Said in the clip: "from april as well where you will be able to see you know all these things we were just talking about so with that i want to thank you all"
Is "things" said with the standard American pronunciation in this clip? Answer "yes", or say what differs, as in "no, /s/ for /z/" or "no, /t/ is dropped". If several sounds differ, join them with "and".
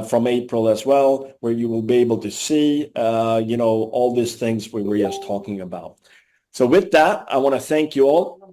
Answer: yes